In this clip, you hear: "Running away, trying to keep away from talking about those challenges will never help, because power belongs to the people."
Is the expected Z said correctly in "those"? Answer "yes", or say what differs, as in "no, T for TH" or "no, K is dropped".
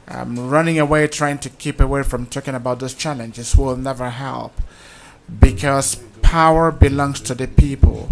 no, S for Z